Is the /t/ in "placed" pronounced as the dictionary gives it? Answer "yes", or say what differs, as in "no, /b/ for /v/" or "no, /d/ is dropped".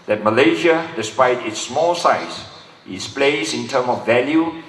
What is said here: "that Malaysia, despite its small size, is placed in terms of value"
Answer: no, /t/ is dropped